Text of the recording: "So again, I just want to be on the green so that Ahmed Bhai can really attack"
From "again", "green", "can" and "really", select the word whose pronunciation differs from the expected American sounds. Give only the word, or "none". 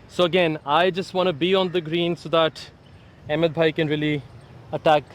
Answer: none